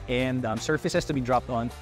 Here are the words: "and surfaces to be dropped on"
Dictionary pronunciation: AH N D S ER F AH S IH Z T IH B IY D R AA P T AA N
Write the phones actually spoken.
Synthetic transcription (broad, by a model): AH N D S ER F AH S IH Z T IH B IY D R AA P T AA N